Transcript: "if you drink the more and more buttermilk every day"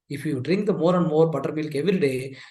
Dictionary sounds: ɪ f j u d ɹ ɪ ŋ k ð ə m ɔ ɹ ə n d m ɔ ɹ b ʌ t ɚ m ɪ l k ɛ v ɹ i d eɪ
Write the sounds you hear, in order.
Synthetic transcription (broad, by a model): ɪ f j u d ɹ ɪ ŋ k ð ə m ɔ ɹ ə n d m ɔ ɹ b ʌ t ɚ m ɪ l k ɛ v i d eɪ